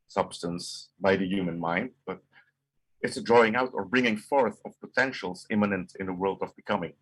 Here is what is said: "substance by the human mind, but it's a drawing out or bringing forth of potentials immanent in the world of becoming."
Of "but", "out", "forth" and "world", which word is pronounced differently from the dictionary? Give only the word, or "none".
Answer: none